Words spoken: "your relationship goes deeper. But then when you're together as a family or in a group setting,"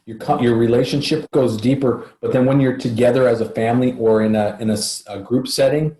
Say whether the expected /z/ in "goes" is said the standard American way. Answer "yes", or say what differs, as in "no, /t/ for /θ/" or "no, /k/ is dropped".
yes